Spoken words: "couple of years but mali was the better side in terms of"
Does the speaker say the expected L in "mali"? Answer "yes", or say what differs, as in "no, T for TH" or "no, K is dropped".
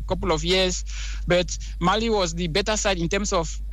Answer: yes